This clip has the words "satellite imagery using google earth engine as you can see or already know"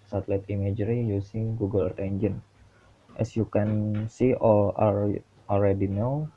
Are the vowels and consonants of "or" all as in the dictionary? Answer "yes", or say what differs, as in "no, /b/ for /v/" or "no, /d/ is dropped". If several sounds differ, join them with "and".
no, /l/ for /ɹ/